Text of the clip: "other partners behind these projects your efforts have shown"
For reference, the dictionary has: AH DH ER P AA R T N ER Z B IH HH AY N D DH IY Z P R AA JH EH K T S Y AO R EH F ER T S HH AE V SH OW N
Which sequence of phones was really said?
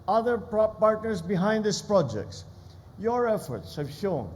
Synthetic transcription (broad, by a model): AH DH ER P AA R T N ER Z B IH HH AY N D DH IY S P R AA JH EH K T S Y AO R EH F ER T S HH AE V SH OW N